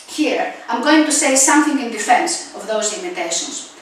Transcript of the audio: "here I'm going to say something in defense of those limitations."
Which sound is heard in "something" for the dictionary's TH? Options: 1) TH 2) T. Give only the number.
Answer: 1